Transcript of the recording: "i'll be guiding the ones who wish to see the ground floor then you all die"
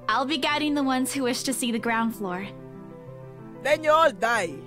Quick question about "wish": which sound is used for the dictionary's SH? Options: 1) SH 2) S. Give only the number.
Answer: 1